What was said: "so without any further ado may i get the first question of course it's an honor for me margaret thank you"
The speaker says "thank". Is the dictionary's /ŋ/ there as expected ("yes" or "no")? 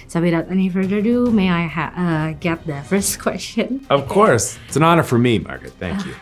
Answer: no